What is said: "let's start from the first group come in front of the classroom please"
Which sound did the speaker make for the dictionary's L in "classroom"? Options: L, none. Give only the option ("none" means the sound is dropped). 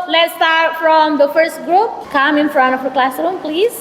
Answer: L